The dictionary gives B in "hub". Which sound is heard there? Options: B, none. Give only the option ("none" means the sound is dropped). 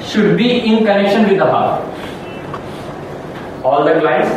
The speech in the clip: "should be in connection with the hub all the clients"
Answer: none